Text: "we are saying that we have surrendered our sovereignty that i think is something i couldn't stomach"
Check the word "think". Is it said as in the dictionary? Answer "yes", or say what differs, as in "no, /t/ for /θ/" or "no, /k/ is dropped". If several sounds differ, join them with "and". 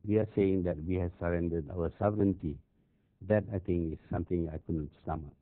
no, /t/ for /θ/